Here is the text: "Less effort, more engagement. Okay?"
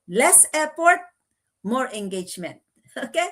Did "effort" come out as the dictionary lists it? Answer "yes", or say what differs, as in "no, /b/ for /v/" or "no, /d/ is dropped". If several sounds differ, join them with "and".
no, /p/ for /f/